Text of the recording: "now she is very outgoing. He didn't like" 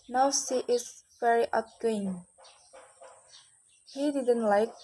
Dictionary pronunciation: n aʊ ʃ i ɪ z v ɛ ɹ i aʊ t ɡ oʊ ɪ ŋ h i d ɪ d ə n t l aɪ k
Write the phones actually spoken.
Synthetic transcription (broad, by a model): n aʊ s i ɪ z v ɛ ɹ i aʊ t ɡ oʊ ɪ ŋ h i d ɪ d ə n t l aɪ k